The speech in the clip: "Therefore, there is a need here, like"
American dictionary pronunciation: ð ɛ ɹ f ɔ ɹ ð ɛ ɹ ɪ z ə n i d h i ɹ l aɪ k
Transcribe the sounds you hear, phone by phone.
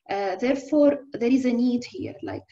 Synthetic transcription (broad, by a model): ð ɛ ɹ f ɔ ɹ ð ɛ ɹ ɪ z ə n i d h i ɹ l aɪ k